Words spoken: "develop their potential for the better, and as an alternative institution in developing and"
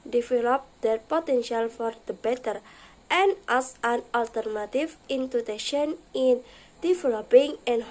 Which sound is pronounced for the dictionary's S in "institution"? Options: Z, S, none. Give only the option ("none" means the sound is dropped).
none